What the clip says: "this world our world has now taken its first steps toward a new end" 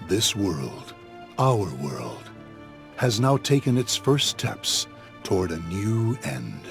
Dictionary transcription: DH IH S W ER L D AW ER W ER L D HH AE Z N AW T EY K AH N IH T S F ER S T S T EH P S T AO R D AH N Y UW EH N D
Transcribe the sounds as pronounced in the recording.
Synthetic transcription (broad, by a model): DH IH S W ER L D AW ER W ER L D HH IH Z N AW T EY K AH N IH T S F ER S S T EH P S T AO R D AH N Y UW EH N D